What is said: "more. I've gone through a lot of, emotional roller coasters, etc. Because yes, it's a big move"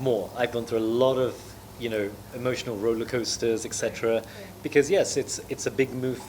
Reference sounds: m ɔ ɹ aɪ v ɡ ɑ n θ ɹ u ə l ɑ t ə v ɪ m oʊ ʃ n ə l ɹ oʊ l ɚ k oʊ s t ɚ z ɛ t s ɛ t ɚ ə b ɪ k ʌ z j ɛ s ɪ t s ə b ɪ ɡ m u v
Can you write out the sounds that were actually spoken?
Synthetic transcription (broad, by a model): m ɔ ɹ aɪ v ɡ ɑ n θ ɹ u ə l ɑ t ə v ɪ m oʊ ʃ n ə l ɹ oʊ l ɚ k oʊ s t ɚ z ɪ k s ɛ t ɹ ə b ɪ k ʌ z j ɛ s ɪ t s ə b ɪ ɡ m u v